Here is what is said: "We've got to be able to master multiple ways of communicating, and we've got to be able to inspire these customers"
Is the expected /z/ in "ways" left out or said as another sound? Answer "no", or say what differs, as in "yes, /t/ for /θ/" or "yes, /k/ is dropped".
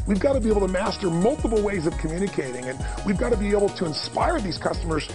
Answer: no